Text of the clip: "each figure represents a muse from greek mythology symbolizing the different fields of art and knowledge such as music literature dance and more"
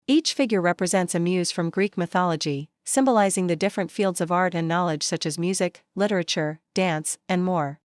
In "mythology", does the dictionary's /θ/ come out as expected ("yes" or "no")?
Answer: yes